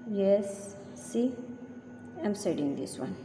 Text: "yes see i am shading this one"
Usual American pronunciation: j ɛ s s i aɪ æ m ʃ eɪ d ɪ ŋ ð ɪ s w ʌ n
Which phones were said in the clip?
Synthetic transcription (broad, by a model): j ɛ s s i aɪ m s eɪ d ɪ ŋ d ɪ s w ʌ n